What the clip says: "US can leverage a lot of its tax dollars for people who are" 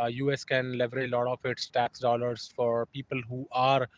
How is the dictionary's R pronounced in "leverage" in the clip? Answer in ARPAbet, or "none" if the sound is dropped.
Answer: none